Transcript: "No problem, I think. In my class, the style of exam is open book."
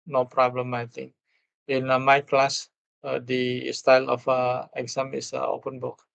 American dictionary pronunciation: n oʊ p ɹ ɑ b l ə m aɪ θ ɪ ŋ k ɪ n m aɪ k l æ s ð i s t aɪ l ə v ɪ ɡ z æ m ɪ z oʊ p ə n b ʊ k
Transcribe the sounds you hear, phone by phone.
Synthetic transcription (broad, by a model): n oʊ p ɹ ɑ b l ə m aɪ t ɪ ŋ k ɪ n m aɪ k l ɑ s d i s t aɪ l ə f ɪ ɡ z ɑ m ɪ s oʊ p ə n b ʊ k